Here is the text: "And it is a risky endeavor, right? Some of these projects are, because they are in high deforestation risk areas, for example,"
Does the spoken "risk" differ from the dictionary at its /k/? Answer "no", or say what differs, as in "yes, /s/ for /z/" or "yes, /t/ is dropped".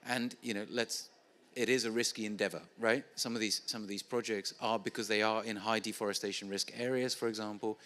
no